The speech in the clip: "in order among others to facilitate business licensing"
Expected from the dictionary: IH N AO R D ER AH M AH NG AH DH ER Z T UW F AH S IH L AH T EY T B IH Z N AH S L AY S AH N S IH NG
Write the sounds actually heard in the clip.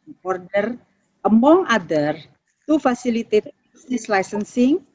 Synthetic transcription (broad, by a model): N AO R D ER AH M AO NG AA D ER T UW F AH S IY L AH T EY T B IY S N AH S L AY S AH N S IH NG